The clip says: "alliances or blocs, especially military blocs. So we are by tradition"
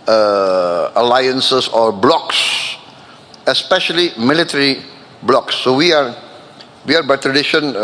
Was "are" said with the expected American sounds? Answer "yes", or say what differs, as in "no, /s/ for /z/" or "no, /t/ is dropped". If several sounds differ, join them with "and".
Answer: no, /w/ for /ɹ/